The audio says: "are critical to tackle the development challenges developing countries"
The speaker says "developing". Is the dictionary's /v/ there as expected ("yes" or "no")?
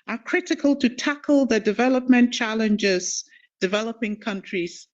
yes